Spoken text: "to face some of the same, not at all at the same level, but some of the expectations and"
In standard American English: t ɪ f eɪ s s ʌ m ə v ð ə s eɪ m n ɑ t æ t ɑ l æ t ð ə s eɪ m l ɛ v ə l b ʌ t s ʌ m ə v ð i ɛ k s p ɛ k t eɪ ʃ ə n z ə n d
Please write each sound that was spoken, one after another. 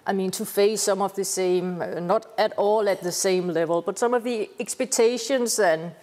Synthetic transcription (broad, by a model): t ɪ f eɪ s s ʌ m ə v ð ə s eɪ m n ɑ t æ t ɑ l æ t ð ə s eɪ m l ɛ v ə l b ʌ t s ʌ m ə v ð i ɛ k s p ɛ k t eɪ ʃ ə n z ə n